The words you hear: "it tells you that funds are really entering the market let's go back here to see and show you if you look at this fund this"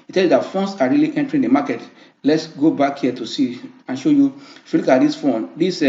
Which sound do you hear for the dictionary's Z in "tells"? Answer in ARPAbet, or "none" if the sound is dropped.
none